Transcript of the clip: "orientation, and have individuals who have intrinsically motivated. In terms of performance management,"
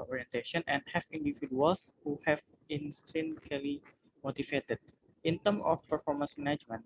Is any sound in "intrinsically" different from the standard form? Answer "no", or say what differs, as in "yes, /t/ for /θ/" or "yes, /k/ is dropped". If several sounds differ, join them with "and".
yes, /k/ is dropped